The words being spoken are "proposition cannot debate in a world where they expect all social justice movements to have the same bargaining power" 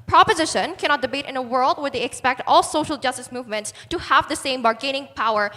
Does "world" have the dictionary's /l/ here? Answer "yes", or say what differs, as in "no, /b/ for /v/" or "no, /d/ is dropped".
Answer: yes